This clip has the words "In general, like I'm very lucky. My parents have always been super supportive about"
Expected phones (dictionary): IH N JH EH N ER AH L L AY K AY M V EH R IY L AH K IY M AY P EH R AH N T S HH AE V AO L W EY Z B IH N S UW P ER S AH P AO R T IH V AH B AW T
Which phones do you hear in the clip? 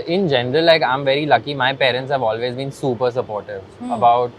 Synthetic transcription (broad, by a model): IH N JH EH N ER AH L L AY K AY M V EH R IY L AH K IY M AY P EH R AH N T S HH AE V AO L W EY Z B IH N S UW P ER S AH P AO R T IH V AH B AW T